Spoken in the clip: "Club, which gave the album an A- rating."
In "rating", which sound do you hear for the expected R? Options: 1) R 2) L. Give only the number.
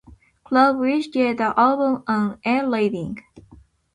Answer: 2